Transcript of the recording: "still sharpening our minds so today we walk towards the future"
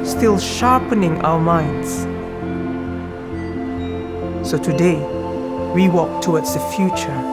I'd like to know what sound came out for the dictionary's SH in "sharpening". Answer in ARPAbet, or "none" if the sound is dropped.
SH